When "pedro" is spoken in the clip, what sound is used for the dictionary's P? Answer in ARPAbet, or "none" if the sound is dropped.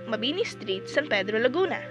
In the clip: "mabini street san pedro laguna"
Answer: P